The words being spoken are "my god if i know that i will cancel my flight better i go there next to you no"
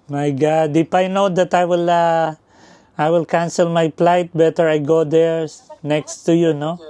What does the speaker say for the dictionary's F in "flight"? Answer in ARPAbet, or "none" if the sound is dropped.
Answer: P